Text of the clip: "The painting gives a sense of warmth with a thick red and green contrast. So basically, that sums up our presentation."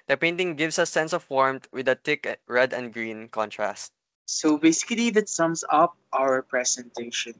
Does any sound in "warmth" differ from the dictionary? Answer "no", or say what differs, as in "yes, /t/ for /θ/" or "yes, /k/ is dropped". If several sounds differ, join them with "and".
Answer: yes, /t/ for /θ/